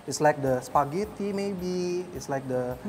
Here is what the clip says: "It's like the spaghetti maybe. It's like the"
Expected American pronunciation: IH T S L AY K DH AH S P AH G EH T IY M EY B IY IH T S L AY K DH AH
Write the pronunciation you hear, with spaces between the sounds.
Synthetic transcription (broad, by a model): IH T S L AY K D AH S P AH G EH T IY M EY B IY IH T S L AY K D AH